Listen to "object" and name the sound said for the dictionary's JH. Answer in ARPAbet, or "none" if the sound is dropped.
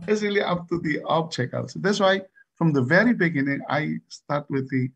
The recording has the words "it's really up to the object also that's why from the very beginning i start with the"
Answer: CH